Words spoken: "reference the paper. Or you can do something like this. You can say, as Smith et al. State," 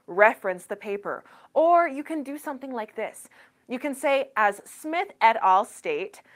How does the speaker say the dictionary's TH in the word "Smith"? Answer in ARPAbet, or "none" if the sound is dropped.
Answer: TH